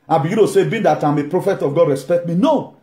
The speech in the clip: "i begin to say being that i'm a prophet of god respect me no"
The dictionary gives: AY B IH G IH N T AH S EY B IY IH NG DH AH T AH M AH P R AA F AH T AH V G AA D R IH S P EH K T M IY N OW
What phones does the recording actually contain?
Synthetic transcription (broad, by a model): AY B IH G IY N T AH S EY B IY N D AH T AH M AH P R AA F AH T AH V G AA D R IH S P EH K T M IY N OW